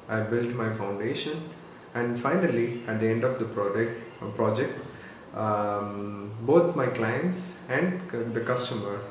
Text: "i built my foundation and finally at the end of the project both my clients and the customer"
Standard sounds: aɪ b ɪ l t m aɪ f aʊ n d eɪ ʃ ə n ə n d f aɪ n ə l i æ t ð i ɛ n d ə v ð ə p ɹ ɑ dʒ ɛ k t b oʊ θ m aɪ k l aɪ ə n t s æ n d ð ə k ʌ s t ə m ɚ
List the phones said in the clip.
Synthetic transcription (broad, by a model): aɪ b ɪ l t m aɪ f aʊ n d eɪ ʃ ə n ə n d f aɪ n ə l i æ t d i ɛ n d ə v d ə p ɹ ɑ dʒ ɛ k t b oʊ t m aɪ k l aɪ ə n t s æ n d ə k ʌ s t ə m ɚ